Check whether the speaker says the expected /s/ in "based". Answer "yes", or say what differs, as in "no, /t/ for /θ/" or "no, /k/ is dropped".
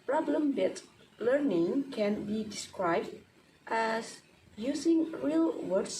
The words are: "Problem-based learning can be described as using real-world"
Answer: no, /s/ is dropped